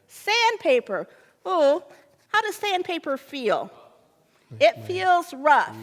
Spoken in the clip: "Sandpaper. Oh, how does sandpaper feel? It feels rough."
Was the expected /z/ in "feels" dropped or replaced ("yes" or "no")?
no